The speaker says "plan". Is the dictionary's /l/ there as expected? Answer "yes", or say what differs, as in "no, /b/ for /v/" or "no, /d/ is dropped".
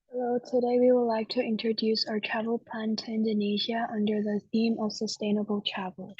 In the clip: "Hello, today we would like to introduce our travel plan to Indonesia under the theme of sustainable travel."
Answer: no, /l/ is dropped